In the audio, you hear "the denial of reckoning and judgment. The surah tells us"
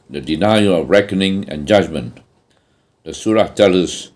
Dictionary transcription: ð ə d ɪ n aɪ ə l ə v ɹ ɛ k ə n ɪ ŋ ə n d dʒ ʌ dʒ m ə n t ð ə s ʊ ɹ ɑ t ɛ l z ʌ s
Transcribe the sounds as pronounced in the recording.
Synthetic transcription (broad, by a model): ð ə d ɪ n aɪ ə ə v ɹ ɛ k ə n ɪ ŋ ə n dʒ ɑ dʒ m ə n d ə s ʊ ɹ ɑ t ɛ l ʌ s